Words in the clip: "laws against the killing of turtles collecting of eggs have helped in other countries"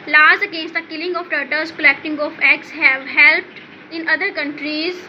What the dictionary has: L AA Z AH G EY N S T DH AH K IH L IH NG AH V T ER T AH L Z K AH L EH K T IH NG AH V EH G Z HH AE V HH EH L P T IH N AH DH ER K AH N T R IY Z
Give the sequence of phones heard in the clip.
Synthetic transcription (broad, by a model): L AA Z AH G EY N S T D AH K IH L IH NG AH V T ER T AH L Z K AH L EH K T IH NG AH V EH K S HH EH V HH EH L P T IH N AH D ER K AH N T R IY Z